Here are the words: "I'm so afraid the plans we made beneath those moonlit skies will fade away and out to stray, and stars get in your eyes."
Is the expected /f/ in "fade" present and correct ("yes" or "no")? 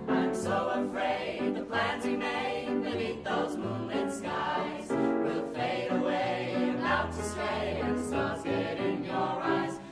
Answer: yes